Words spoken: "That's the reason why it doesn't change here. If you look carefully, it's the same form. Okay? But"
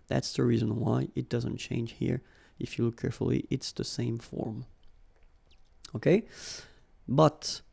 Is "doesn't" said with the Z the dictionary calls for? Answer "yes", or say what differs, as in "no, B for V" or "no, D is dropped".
yes